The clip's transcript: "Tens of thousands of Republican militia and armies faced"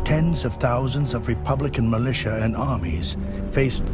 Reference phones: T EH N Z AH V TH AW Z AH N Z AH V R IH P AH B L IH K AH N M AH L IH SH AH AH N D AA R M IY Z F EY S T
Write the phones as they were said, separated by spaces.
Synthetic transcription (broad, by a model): T EH N Z AH V TH AW Z AH N Z AH V R IH P AH B L IH K AH N M AH L IH SH AH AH N AA R M IY Z F EY S